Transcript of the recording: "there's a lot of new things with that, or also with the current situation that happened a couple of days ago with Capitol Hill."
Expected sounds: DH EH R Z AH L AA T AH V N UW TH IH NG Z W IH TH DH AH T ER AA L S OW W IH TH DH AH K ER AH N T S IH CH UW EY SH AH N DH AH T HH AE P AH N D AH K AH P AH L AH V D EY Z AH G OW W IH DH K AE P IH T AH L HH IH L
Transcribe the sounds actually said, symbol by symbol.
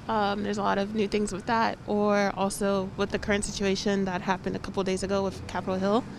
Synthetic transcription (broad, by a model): DH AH R Z AH L AA T AH V N UW TH IH NG Z W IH DH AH T ER AA L S OW W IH DH AH K ER AH N T S IH CH UW EY SH AH N DH AH T HH AE P AH N D AH K AH P L D EY Z AH G OW W IH DH K AE P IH T L HH IH L